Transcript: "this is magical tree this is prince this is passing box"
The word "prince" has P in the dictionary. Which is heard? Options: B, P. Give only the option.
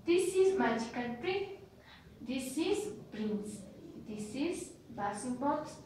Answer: B